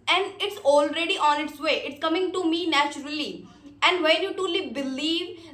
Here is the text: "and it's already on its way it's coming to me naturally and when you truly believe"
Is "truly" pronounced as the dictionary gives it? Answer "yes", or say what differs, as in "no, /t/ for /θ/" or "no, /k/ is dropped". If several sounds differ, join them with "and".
no, /ɹ/ is dropped